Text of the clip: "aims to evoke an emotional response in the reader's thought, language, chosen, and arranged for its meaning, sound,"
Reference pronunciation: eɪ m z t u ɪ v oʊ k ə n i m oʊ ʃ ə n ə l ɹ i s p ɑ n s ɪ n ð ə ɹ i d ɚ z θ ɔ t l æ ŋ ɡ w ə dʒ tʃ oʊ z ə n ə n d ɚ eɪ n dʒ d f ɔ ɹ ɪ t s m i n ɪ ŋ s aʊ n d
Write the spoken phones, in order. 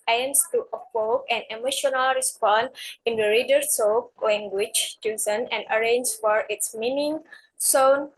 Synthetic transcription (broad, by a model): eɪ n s t u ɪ p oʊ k ə n i m oʊ ʃ ə n ə l ɹ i s p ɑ n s ɪ n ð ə ɹ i d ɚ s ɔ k l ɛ ŋ ɡ w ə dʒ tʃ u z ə n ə n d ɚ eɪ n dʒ f ɔ ɹ ɪ t s m i n ɪ ŋ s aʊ n